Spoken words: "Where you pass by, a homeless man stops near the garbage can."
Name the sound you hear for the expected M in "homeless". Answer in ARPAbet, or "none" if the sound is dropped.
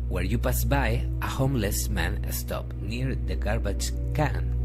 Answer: M